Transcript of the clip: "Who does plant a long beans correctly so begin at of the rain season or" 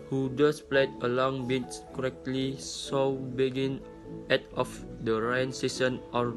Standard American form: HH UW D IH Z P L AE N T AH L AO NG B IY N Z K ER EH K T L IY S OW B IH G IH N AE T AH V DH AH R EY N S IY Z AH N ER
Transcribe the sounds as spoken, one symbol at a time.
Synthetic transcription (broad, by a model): HH UW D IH S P L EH T AH L AO NG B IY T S K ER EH K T L IY S OW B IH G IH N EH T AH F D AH R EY N S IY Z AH N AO